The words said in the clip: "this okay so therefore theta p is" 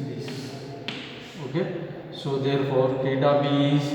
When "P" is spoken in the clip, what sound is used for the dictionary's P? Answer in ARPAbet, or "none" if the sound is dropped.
B